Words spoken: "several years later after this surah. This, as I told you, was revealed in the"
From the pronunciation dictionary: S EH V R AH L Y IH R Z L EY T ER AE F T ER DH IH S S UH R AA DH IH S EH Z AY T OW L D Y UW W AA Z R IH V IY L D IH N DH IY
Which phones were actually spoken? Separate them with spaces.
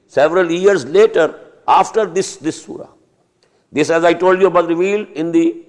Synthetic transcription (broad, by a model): S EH V R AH L Y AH R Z L EY T ER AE F T ER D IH S S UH R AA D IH S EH Z AY T OW L D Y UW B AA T R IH V IY L IH N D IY